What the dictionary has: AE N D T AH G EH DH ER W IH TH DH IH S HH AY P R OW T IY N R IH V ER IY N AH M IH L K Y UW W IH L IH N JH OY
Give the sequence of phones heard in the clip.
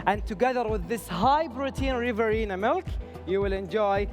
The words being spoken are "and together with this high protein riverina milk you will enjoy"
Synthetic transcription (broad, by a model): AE N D T AH G EH DH ER W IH DH IH S HH AY B R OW T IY N R IH V ER IY N AH M IH L K Y UW W IH L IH N JH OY